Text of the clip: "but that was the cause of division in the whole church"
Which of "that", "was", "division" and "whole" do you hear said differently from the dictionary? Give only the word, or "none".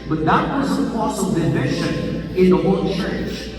division